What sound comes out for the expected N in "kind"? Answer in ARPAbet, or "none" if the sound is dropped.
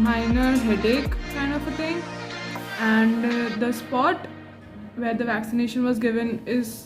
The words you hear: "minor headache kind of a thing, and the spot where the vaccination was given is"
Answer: N